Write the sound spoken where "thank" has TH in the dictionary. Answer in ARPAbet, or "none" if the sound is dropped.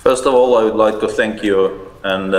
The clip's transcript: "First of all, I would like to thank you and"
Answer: TH